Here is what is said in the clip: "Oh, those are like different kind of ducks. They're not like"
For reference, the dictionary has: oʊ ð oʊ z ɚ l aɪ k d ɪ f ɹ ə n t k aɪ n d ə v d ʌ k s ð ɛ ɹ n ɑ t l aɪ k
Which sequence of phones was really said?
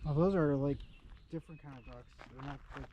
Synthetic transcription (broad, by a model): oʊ ð oʊ z ɚ l aɪ k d ɪ f ɹ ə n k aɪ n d ə v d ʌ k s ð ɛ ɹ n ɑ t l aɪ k